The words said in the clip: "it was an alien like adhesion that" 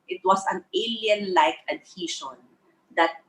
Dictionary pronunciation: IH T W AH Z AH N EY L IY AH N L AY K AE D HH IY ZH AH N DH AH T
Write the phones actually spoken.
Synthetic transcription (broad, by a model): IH T W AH S AH N EY L IY AH N L AY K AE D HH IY SH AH N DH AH T